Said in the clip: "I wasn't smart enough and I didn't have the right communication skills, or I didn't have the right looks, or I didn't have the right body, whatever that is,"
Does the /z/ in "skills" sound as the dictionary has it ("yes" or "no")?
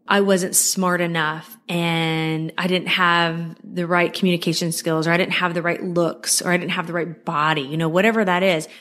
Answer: yes